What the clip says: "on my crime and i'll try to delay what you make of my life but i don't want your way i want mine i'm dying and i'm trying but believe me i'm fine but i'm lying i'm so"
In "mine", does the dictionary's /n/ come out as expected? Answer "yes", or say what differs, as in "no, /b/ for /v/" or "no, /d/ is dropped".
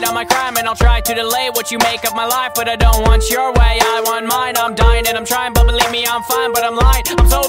yes